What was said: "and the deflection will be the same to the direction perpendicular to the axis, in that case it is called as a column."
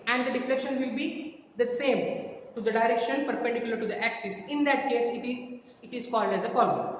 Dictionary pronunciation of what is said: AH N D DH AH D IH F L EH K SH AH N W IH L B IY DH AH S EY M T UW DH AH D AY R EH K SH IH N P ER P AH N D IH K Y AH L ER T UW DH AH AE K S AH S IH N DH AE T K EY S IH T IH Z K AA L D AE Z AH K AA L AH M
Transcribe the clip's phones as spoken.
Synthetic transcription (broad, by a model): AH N D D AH D IH F L EH K SH AH N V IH L B IY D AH S EY M T UW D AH D AY R EH K SH IH N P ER P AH N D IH K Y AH L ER T UW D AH AE K S AH S IH N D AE T K EY S IH T IH Z K AA L D AE Z AH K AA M